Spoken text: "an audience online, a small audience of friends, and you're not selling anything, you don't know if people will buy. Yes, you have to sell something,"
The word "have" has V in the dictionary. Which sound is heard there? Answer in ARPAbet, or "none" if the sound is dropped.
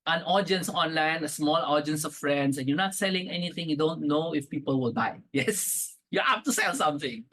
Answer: P